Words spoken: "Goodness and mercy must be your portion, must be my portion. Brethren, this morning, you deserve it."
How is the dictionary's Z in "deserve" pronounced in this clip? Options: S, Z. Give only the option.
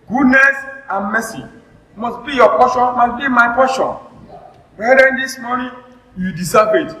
S